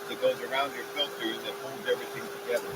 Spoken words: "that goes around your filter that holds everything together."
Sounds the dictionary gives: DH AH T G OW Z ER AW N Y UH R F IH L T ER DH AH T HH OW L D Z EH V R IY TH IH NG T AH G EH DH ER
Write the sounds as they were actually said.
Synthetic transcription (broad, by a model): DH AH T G OW Z ER AW N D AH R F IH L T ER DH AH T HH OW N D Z EH V R IY TH IH NG T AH G EH DH ER